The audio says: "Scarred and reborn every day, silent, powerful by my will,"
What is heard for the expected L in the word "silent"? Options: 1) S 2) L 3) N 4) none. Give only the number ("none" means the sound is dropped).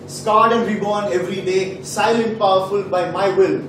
2